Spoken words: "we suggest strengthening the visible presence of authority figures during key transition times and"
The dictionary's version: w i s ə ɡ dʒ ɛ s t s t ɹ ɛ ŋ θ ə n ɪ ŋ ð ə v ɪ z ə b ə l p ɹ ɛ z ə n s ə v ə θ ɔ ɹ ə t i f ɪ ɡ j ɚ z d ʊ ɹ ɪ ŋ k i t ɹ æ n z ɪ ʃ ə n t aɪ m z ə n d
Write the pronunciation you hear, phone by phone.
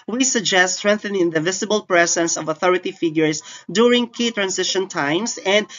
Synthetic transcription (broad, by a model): w i s ə ɡ dʒ ɛ s t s t ɹ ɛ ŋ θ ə n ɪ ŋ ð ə v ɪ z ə b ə l p ɹ ɛ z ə n s ə v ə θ ɔ ɹ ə t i f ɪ ɡ j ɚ s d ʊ ɹ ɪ ŋ k i t ɹ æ n s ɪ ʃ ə n t aɪ m s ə n d